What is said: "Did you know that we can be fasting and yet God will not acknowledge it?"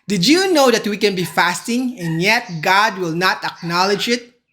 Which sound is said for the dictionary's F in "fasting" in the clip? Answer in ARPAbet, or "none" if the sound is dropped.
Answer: F